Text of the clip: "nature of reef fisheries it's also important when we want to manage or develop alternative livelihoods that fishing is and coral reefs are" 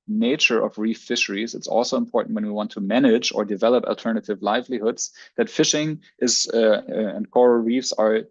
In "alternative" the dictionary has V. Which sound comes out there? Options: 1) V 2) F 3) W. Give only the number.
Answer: 1